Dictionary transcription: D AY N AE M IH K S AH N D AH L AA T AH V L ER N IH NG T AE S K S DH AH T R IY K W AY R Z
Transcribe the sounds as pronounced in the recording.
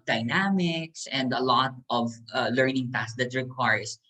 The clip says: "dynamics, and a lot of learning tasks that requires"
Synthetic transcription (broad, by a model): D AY N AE M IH K S AH N D AH L AA T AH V L ER N IH NG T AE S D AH T R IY K W AY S